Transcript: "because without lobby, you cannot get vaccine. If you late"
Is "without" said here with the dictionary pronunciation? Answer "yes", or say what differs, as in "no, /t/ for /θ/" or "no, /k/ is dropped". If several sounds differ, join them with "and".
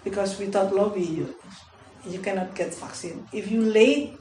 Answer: no, /t/ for /θ/